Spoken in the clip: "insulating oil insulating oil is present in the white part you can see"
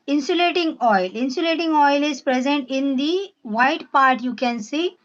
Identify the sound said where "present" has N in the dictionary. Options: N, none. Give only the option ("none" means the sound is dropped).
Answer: N